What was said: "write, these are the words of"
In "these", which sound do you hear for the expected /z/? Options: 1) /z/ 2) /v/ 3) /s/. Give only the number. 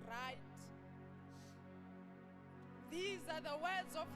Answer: 1